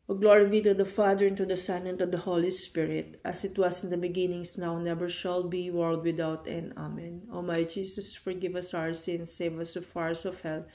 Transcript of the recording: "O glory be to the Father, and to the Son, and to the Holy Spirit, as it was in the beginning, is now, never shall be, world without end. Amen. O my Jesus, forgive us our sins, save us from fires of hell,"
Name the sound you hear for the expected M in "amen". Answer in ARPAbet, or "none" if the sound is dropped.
M